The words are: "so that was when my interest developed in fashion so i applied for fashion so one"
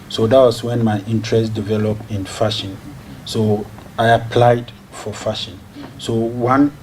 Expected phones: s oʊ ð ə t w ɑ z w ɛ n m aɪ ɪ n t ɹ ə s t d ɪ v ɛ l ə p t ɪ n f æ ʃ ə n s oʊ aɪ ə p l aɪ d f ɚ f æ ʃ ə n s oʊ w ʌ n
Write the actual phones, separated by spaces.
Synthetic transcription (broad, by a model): s oʊ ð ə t w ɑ s w ɛ n m aɪ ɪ n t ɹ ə s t d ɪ v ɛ l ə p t ɪ n f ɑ ʃ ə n s oʊ aɪ ə p l aɪ d f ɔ f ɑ ʃ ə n s oʊ w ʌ n